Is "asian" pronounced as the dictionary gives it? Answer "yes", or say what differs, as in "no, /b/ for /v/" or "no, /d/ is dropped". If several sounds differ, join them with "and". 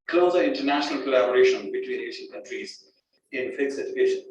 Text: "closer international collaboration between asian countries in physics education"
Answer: no, /s/ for /ʒ/